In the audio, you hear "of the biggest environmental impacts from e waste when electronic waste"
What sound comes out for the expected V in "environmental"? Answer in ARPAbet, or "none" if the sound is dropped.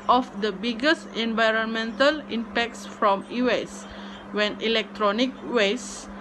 V